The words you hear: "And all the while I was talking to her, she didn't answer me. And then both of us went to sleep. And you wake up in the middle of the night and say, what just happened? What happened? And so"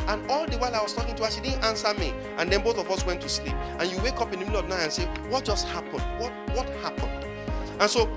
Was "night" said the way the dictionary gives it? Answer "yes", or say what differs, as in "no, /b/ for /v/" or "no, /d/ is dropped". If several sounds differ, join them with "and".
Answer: no, /t/ is dropped